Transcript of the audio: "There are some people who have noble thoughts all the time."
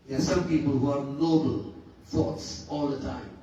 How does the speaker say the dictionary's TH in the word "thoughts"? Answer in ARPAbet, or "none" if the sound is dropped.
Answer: F